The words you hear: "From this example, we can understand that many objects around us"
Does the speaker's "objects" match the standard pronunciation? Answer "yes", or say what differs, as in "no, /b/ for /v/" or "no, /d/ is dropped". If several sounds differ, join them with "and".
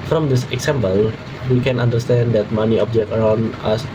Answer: no, /s/ is dropped